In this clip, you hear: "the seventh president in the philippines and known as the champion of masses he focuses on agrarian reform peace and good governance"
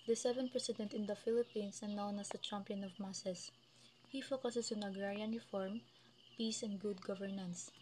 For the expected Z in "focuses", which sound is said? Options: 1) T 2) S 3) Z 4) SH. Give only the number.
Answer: 2